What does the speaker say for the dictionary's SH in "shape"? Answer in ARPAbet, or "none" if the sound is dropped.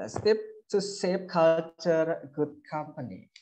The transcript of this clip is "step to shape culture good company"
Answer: S